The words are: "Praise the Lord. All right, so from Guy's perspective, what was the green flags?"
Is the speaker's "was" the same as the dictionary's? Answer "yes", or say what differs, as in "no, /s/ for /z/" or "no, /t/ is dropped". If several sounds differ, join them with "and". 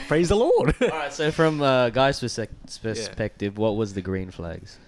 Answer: yes